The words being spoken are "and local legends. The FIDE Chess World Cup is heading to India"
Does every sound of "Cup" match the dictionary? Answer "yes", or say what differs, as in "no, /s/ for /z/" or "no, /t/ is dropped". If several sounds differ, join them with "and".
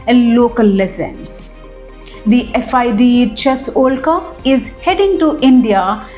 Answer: no, /p/ is dropped